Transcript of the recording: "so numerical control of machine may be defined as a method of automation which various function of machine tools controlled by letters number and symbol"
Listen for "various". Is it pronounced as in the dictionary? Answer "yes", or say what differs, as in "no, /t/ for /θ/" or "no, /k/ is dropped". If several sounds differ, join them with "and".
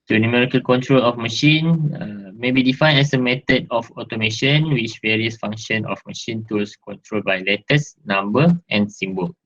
yes